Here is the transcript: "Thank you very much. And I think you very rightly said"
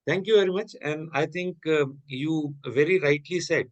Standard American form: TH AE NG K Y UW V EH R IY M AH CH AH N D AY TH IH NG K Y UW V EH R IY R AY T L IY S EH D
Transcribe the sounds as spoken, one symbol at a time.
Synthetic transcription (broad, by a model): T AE NG K Y UW V EH R IY M AH CH AH N D AY T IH NG K Y UW V EH R IY R AY T L IY S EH D